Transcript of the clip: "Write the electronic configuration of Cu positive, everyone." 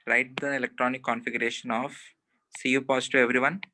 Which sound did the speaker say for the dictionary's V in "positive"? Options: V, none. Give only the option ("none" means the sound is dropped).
none